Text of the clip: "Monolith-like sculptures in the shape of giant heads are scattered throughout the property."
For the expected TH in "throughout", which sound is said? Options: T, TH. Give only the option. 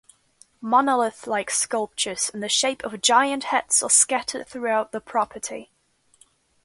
TH